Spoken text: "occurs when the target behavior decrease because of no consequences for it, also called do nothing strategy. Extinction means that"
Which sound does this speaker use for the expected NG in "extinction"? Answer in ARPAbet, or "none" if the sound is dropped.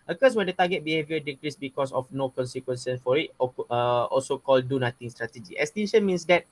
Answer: none